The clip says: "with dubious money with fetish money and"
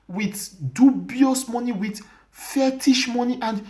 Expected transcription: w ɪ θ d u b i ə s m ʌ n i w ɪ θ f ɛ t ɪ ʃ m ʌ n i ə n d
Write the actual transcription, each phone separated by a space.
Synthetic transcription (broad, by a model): w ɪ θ d u b i ə s m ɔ n i w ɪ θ f ɛ t ɪ ʃ m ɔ n i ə n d